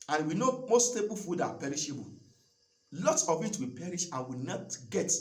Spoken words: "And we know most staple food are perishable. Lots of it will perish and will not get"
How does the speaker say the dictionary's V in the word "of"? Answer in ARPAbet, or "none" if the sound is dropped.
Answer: W